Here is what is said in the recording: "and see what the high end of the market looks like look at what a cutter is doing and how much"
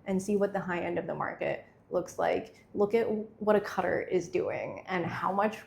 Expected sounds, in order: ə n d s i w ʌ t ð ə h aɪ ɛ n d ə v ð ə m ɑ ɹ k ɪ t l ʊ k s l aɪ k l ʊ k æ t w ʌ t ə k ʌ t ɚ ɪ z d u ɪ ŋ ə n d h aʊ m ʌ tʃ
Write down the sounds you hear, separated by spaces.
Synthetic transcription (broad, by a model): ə n s i w ʌ t ð ə h aɪ ɛ n d ə v ð ə m ɑ ɹ k ɪ t l ʊ k s l aɪ k l ʊ k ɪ t w ʌ t ə k ʌ t ɚ ɪ z d u ɪ ŋ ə n h aʊ m ʌ tʃ